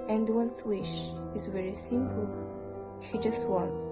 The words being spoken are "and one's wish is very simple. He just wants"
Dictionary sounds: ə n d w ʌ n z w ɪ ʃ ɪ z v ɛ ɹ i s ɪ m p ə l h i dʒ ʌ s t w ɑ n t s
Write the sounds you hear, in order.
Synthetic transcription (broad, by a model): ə n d w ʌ n s w ɪ ʃ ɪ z v ɛ ɹ i s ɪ m p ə l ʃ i dʒ ʌ s t w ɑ n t s